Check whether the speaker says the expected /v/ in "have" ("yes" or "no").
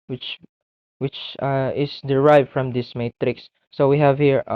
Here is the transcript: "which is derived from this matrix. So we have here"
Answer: yes